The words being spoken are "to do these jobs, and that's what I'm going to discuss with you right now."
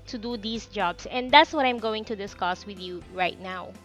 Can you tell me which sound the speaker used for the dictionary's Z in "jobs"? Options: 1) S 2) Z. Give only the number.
1